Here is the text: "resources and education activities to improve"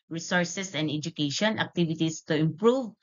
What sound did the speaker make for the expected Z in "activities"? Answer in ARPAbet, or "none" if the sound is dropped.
S